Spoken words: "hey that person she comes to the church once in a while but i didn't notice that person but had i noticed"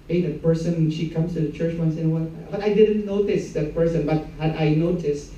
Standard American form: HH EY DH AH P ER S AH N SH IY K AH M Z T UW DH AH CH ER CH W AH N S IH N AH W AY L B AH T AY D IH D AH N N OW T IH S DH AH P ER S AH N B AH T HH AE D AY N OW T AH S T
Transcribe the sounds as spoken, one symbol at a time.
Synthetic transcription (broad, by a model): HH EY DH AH P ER S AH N SH IY K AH M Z T UW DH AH CH ER CH W AH N S IH N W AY N B AH T AY D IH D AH N N OW T IH S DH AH P ER S AH N B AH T HH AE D AY N OW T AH S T